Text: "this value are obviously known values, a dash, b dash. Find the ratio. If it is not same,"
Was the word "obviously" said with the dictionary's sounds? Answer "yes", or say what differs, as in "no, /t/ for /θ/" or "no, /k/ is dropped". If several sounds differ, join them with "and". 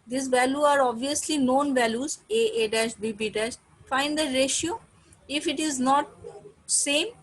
yes